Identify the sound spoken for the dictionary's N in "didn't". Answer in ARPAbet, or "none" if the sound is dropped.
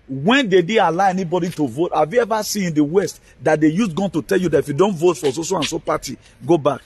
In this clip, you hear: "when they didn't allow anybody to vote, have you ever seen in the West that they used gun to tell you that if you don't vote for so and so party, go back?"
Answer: L